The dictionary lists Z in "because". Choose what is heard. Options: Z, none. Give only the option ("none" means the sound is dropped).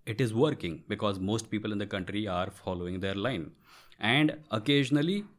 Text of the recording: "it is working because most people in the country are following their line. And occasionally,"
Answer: Z